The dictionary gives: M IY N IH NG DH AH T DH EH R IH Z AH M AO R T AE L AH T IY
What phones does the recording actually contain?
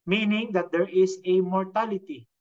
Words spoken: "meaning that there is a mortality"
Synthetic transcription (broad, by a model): M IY N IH NG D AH T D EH R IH S AH M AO R T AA L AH T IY